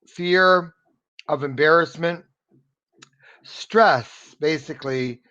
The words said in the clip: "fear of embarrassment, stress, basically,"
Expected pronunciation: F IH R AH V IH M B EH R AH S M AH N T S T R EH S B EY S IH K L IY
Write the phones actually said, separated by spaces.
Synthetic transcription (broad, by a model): F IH R AH V IH M B EH R AH S M AH N T S T R EH S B EY S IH K L IY